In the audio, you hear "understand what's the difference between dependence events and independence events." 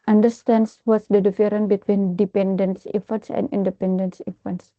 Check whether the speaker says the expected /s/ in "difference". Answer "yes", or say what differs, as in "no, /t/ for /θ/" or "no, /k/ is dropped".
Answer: no, /s/ is dropped